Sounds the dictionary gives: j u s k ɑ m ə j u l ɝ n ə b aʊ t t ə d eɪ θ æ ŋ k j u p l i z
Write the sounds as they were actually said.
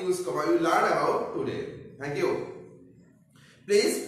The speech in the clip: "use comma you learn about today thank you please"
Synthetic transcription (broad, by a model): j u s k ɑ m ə j u l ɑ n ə aʊ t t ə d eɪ t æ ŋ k j u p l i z